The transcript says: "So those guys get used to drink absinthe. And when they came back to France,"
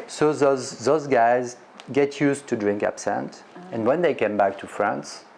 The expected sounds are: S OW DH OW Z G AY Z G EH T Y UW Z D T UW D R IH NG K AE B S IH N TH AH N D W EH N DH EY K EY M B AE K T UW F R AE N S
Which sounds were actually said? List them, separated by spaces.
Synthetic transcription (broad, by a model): S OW DH OW Z G AY Z G EH T Y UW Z T UW D R IH NG K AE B S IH N T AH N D W EH N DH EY K EY M B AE K T UW F R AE N S